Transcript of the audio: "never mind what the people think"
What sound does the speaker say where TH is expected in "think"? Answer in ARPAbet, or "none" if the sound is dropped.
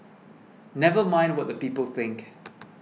TH